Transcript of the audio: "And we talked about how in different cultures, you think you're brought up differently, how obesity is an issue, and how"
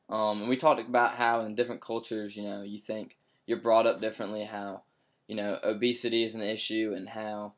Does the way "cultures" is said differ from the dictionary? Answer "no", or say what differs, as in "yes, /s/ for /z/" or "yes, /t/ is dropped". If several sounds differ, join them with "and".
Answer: no